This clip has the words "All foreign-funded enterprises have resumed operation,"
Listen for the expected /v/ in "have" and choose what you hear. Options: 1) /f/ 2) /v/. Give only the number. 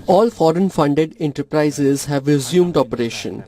2